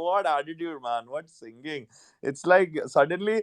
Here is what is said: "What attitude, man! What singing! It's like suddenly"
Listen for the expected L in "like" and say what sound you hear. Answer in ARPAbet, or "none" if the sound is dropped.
L